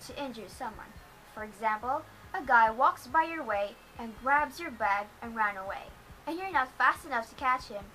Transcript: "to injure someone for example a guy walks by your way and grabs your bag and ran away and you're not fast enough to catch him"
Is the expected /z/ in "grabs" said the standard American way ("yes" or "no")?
yes